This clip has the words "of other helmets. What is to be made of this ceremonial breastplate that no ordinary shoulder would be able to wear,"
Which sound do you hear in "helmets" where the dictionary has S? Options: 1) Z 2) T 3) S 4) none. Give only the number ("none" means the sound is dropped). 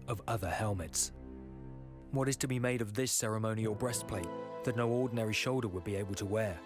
3